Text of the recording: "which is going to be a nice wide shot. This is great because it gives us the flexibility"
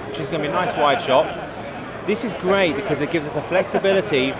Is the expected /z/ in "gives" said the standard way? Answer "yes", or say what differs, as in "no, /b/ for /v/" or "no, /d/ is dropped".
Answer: yes